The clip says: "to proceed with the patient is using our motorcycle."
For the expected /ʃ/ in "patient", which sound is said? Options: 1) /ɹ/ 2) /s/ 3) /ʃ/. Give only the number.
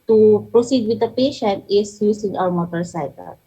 3